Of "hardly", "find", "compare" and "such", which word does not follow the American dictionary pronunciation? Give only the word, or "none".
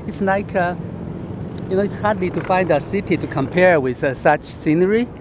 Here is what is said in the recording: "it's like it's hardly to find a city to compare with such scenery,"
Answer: none